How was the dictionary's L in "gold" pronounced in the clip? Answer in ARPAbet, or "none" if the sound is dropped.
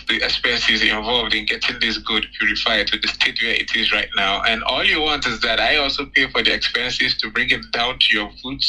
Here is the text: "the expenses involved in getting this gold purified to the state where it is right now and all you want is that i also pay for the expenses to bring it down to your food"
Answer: none